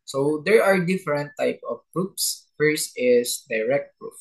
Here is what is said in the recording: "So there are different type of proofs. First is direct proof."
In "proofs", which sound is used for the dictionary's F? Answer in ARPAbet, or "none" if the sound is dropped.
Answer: P